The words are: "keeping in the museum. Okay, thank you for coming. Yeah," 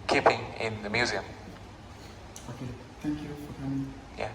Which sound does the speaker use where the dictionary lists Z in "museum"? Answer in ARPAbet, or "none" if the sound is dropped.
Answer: Z